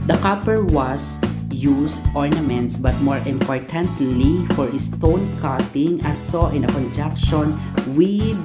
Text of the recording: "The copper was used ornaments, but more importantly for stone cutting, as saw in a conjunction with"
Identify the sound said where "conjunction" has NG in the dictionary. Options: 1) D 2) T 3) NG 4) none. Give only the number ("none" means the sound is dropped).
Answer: 4